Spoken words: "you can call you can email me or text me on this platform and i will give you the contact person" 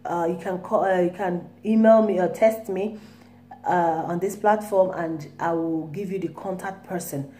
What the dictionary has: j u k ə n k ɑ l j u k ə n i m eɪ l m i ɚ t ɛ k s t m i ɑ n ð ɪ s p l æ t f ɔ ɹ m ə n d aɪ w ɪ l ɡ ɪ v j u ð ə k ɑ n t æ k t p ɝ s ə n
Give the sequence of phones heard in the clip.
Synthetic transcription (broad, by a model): j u k ə n k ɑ j u k ə n i m eɪ l m i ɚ t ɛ s t m i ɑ n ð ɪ s p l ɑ t f ɔ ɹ m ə n d aɪ w ɪ l ɡ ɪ v j u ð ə k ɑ n t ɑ k t p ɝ s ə n